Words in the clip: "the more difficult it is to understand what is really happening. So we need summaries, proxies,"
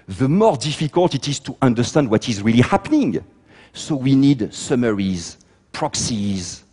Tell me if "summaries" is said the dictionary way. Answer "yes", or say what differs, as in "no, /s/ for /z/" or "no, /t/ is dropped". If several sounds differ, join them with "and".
yes